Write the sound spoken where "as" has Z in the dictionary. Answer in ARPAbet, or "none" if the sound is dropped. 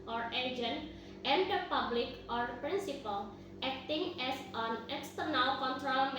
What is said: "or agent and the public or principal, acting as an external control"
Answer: S